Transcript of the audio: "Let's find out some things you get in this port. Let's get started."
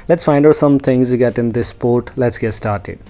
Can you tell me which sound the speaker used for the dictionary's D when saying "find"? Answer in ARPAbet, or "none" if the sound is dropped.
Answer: D